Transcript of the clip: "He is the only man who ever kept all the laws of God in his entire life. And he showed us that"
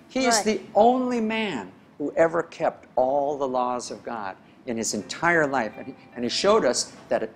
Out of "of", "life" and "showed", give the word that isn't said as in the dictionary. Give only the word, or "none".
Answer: none